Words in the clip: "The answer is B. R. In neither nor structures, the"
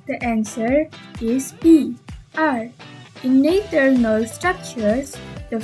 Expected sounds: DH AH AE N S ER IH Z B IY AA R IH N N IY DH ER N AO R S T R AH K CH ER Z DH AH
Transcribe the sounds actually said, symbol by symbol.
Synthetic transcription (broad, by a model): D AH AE N S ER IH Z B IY AA R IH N N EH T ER N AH L S T R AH K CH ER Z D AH